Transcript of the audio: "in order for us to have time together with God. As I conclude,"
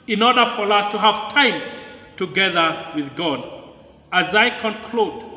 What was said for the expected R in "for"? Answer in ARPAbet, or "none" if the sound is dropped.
R